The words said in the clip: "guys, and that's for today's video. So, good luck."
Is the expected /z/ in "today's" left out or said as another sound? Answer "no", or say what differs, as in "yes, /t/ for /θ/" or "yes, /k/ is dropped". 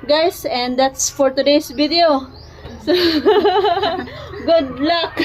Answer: yes, /s/ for /z/